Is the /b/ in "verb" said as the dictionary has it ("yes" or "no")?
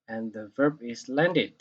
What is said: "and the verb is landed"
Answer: yes